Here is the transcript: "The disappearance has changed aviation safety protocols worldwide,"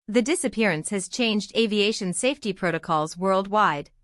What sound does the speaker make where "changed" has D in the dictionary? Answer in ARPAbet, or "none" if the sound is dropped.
D